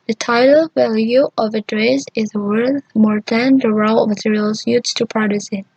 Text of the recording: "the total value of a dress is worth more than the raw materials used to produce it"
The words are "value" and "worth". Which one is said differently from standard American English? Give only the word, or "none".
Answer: none